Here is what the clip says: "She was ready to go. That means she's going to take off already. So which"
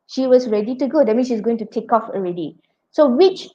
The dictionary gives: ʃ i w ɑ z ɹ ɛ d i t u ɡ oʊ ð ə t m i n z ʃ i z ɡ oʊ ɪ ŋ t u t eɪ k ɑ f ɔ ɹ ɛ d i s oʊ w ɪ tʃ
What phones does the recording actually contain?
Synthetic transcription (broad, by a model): ʃ i w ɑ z ɹ ɛ d i t u ɡ oʊ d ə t m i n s ʃ i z ɡ oʊ ɪ ŋ t u t eɪ k ɑ f ɔ ɹ ɛ d i s oʊ w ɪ tʃ